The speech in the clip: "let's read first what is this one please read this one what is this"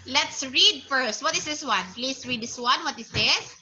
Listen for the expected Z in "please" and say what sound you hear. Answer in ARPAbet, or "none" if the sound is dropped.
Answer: S